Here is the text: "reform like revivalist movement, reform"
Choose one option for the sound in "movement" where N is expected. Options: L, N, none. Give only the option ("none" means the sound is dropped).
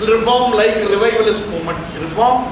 none